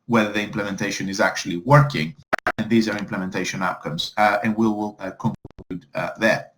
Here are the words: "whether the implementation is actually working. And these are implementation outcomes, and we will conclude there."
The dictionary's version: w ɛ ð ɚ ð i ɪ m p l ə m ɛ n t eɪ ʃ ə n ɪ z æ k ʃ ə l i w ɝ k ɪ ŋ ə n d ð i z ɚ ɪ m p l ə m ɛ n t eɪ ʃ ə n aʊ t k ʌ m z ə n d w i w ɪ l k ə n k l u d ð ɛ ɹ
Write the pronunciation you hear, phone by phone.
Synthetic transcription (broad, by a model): w ɛ ð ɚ ð i ɪ m p l ə m ɛ n t eɪ ʃ ə n ɪ z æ k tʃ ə l i w ɝ k ɪ ŋ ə n ð i z ɚ ɪ m p l ə m ɛ n t eɪ ʃ ə n aʊ t k ʌ m z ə n w i w ɪ l k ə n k u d ð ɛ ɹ